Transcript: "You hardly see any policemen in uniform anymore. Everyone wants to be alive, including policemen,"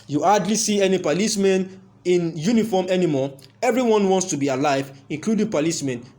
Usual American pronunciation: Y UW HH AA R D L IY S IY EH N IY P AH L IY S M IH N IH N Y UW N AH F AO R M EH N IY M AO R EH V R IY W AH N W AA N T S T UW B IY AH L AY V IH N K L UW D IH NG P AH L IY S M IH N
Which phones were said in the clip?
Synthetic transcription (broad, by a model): Y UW AA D L IY S IY EH N IY P AH L IY S M IH N IH N Y UW N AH F AO M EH N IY M AO EH V R IY W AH N W AA N T S T UW B IY AH L AY V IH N K L UW D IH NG P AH L IY S M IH N